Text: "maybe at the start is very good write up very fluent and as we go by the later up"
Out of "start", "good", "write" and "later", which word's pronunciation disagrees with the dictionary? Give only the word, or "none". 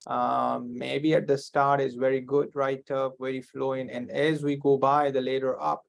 none